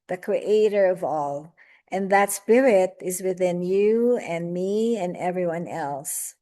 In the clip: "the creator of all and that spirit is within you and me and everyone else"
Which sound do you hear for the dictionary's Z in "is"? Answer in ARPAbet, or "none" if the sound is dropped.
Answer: Z